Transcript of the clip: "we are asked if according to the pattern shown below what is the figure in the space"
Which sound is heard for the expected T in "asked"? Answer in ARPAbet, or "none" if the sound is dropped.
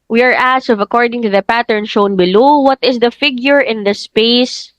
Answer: none